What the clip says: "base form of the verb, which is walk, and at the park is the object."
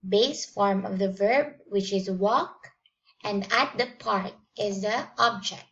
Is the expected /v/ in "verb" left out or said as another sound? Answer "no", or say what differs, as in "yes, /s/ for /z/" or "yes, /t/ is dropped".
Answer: no